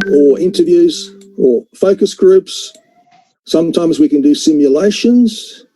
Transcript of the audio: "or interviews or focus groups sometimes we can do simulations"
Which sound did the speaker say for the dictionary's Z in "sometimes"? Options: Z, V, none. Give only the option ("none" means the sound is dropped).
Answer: Z